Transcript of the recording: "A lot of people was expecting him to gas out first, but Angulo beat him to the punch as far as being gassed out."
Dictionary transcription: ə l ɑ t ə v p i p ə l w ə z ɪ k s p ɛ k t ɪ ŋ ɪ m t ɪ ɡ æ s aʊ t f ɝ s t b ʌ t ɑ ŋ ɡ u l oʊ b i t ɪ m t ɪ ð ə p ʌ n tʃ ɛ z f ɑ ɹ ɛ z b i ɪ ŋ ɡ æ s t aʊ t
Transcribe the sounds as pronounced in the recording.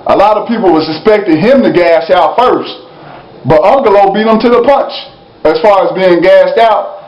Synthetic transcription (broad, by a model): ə l ɑ t ə v p i p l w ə s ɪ s p ɛ k t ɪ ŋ ɪ m t ɪ ɡ æ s aʊ t f ɝ s t b ʌ t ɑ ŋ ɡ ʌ l oʊ b i t ɪ m t ɪ ð ə p ʌ n tʃ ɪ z f ɑ ɹ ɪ z b i ɪ ŋ ɡ æ s t aʊ t